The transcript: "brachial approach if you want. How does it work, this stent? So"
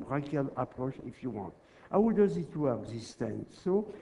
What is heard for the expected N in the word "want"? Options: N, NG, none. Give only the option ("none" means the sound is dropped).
none